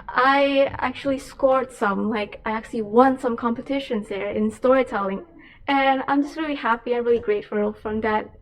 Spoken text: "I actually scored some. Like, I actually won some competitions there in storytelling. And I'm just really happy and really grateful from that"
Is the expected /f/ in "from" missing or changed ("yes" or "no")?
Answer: no